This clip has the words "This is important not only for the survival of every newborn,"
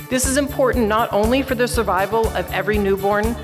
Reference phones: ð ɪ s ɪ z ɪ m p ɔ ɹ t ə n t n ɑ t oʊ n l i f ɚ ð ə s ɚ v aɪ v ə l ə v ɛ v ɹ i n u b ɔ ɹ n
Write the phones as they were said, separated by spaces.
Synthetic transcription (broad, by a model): ð ɪ s ɪ z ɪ m p ɔ ɹ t t n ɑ t oʊ n l i f ɚ ð ə s ɚ v aɪ v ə l ə v ɛ v ɹ i n u b ɔ ɹ n